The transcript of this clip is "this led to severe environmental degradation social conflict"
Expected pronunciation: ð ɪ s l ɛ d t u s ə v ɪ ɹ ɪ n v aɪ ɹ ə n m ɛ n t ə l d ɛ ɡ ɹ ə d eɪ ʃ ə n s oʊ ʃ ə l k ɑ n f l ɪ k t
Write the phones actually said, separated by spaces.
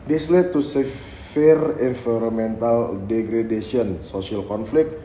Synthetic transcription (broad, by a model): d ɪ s l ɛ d t u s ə f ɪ ɹ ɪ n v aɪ ɹ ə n m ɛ n t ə l d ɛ ɡ ɹ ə d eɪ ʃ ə n s oʊ s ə l k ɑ n f l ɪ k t